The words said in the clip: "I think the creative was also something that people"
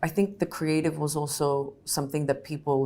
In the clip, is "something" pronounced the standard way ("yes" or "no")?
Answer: yes